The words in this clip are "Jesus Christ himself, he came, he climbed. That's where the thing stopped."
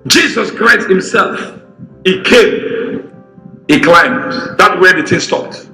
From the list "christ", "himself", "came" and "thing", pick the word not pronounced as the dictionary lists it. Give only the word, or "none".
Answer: thing